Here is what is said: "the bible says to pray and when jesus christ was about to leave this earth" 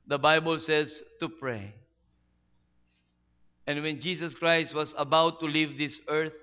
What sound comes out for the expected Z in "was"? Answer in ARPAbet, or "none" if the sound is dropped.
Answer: S